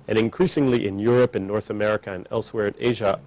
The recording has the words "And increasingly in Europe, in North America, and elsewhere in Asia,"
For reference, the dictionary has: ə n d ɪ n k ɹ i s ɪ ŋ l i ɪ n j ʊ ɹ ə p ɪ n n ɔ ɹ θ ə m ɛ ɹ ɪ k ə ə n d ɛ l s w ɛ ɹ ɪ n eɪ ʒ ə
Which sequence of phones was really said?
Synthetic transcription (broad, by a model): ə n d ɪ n k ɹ i s ɪ ŋ l i ɪ n j ʊ ɹ ə p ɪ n n ɔ ɹ θ ə m ɛ ɹ ɪ k ə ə n ɛ l s w ɛ ɹ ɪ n eɪ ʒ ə